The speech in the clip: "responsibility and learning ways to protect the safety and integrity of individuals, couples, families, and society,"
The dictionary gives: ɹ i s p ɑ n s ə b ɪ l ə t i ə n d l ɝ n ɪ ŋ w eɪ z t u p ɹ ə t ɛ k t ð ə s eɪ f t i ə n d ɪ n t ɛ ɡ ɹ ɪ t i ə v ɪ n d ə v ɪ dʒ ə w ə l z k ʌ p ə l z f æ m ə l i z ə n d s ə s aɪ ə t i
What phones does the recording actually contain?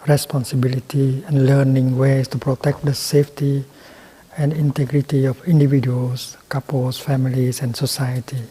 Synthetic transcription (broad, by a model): ɹ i s p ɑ n s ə b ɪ l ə t i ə n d l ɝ n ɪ ŋ w eɪ s t u p ɹ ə t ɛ k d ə s eɪ f t i ə n d ɪ n t ɛ ɡ ɹ ɪ t i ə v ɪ n d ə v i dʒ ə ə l s k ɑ p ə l s f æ m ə l i s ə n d s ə s aɪ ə t i